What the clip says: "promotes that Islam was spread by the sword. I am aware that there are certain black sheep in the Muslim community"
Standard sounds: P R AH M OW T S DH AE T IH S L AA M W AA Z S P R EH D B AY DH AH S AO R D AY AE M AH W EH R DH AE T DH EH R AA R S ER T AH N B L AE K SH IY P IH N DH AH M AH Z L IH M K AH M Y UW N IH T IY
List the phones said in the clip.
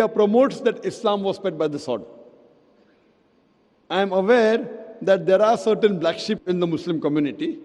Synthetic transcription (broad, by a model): P R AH M OW T S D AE T IH S L AA M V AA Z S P EH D B AY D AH S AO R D AY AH M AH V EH R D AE T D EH R AA R S ER T AH N B L AE K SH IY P IH N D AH M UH S L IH M K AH M Y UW N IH T IY